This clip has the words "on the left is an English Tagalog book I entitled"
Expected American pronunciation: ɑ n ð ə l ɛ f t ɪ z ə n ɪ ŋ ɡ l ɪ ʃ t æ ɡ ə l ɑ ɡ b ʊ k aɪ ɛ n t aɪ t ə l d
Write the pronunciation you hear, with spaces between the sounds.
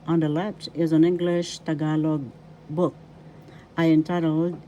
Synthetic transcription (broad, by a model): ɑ n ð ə l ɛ p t ɪ z ə n ɪ ŋ ɡ l ɪ ʃ t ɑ ɡ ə l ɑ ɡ b ʊ k aɪ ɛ n t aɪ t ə l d